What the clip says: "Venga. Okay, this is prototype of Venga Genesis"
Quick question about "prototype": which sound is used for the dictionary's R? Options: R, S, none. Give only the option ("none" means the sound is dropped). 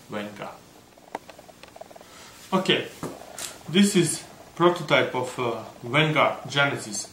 R